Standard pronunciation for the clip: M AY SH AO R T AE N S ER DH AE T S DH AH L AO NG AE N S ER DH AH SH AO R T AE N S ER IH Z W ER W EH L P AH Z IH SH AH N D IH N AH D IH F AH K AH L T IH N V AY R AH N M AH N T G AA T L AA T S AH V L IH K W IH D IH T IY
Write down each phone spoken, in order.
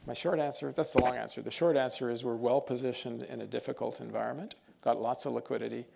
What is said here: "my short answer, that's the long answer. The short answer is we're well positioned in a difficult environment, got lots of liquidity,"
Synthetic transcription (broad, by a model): M AY SH AO R T AE N S ER DH AE T S DH AH L AO NG AE N S ER DH AH SH AO R T AE N S ER IH Z W ER W EH L P AH Z IH SH AH N D IH N AH D IH F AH K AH L T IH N V AY R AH N M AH N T G AA T L AA T S AH V L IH K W IH D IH T IY